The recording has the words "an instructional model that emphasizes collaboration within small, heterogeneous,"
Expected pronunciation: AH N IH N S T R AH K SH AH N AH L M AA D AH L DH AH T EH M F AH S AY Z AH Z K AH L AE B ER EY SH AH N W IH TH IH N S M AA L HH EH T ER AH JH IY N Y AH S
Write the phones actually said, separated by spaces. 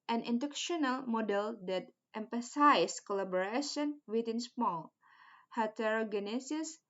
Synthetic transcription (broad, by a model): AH N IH N T AH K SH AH N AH L M AA D AH L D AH T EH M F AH S AY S K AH L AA B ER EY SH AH N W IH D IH N S M AA L HH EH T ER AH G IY N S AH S